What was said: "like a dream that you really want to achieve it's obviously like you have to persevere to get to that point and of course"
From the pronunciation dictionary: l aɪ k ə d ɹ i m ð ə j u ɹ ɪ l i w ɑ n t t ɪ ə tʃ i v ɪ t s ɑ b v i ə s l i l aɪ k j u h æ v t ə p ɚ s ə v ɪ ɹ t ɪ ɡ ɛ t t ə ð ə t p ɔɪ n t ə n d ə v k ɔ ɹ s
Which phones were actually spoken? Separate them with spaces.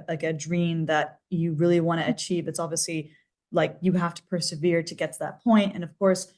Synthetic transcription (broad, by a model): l aɪ k ə d ɹ i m ð ə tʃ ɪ ɹ ɪ l i w ɑ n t t ɪ tʃ i v ɪ t s ɑ b v i ə s l i l aɪ k j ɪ h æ f t ə p ɚ s ə v ɪ ɹ t ɪ ɡ ɛ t t ə ð ə t p ɔɪ n t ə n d ə v k ɔ ɹ s